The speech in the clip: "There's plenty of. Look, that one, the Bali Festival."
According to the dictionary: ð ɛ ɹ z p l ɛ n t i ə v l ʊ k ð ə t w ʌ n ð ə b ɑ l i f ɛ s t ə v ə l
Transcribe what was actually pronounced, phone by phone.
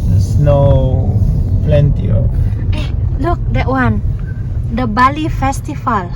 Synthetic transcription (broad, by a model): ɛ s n p l ɛ n t i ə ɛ l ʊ k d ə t w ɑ n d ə b ɑ l i f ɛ s t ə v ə l